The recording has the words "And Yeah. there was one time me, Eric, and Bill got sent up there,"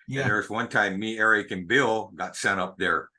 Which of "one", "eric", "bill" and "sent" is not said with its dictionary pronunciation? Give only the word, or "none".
sent